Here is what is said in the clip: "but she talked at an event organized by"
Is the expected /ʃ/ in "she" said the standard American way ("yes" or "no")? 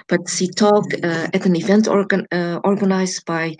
no